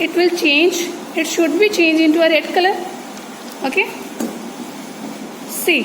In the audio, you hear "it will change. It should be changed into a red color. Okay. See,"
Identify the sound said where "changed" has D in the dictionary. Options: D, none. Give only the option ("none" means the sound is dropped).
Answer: none